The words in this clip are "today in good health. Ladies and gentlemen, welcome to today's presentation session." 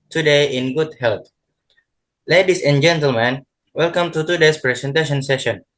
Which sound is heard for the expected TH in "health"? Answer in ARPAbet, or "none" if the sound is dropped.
T